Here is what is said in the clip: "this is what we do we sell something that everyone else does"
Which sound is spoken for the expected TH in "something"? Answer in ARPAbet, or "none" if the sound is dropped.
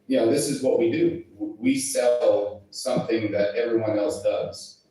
TH